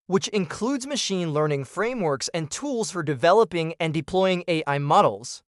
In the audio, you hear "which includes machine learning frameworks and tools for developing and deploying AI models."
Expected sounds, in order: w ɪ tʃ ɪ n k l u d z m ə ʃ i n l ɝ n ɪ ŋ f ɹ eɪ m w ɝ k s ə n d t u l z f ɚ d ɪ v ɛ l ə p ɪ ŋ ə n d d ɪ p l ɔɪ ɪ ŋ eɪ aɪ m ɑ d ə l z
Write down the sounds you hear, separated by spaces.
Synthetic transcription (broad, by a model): w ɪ tʃ ɪ n k l u d z m ə ʃ i n l ɝ n ɪ ŋ f ɹ eɪ m w ɝ k s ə n t u l z f ɚ d ɪ v ɛ l ə p ɪ ŋ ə n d d ɪ p l ɔɪ ɪ ŋ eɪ aɪ m ɑ d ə l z